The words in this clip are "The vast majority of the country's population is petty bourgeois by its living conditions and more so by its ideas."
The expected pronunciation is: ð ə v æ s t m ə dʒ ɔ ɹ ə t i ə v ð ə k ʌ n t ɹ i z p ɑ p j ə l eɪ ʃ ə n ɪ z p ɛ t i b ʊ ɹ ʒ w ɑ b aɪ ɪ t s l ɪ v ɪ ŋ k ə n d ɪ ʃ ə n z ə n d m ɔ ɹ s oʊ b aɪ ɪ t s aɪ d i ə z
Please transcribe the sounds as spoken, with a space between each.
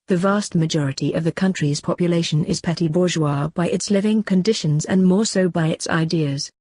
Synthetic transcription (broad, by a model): ð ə v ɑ s t m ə dʒ ɔ ɹ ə t i ə v ð ə k ʌ n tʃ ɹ i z p ɑ p j ə l eɪ ʃ ə n ɪ z p ɛ t i b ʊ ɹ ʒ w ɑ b aɪ ɪ t s l ɪ v ɪ ŋ k ə n d ɪ ʃ ə n z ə n m ɔ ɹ s oʊ b aɪ ɪ t s aɪ d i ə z